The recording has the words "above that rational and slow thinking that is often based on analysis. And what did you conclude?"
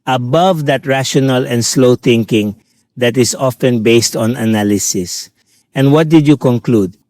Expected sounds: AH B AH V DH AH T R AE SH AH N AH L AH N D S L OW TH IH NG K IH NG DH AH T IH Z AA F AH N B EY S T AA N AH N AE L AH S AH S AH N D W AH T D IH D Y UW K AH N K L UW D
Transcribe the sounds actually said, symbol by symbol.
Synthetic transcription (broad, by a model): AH B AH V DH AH T R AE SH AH N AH L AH N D S L OW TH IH NG K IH NG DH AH T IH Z AA F AH N B EY S T AA N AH N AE L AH S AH S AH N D W AH T D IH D Y UW K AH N K L UW D